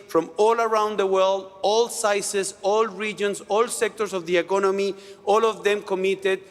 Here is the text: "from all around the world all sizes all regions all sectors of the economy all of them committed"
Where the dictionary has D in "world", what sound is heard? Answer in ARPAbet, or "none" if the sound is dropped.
D